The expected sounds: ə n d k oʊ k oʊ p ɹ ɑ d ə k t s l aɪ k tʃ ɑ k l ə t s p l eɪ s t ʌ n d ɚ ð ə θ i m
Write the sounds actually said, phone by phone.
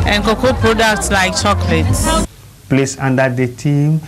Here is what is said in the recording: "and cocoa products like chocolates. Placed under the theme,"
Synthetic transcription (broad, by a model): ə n k oʊ k oʊ p ɹ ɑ d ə k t s l aɪ k tʃ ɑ k l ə t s p l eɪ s ɑ n d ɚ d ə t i m